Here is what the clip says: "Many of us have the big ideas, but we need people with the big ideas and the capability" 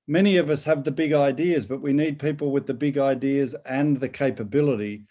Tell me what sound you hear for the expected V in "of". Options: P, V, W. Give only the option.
V